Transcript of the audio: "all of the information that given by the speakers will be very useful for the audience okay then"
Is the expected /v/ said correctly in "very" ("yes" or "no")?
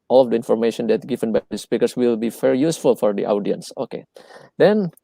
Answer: no